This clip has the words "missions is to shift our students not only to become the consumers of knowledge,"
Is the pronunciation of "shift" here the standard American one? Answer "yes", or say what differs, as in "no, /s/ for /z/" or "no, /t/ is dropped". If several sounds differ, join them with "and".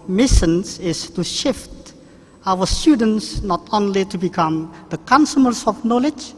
yes